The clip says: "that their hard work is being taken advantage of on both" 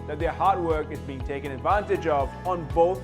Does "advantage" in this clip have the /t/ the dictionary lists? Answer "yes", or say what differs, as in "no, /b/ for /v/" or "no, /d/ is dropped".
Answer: yes